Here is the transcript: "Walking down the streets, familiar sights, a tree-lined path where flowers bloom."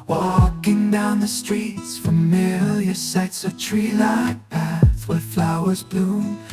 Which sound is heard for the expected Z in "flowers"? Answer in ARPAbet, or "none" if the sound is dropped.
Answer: Z